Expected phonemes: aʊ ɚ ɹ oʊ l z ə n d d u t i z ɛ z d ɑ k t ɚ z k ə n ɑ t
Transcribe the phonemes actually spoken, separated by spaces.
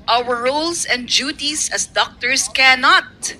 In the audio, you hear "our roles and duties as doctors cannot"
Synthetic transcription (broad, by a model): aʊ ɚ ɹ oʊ l s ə n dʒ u t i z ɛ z d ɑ k t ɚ s k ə n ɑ t